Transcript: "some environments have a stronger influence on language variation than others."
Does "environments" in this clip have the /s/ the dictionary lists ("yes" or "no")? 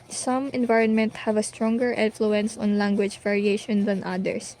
no